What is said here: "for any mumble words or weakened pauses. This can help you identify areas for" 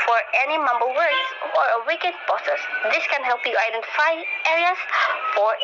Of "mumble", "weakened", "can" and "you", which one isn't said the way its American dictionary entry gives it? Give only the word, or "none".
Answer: weakened